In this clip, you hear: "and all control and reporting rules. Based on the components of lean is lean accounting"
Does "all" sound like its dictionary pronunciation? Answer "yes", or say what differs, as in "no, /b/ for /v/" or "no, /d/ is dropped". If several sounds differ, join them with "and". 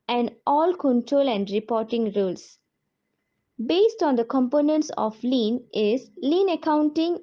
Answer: yes